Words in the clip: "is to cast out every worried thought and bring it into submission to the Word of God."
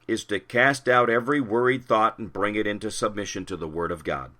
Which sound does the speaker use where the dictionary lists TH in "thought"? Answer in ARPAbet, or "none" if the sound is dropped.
TH